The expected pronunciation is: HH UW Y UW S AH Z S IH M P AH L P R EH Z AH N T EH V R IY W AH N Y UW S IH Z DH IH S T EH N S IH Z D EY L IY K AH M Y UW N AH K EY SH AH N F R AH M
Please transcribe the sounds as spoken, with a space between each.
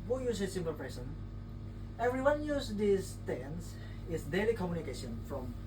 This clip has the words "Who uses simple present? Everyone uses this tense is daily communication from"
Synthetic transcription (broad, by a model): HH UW Y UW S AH S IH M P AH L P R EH S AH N EH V R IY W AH N Y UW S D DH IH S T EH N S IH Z D EY L IY K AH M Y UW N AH K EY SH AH N F R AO M